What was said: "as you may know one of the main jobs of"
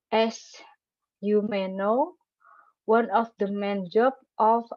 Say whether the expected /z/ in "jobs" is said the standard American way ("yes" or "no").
no